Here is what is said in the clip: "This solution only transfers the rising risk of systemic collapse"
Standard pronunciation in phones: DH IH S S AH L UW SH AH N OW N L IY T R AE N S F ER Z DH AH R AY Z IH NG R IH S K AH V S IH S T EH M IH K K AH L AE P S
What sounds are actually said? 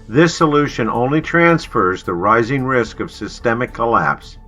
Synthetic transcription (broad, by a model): DH IH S S AH L UW SH AH N OW N L IY T R AE N S F ER Z DH AH R AY Z IH NG R IH S K AH V S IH S T EH M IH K K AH L AE P S